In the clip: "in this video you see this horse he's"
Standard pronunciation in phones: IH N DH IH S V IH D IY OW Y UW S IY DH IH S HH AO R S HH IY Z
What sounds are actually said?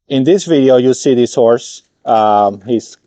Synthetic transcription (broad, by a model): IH N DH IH S V IH D IY OW Y UW S IY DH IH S HH AO R S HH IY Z